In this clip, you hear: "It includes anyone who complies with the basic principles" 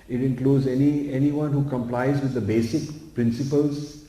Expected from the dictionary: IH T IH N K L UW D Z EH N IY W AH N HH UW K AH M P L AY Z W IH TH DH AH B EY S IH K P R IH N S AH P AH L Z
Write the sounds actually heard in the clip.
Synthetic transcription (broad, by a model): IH T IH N K L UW D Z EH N IY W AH N HH UW K AH M P L AY Z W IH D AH B EY S IH K P R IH N S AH P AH L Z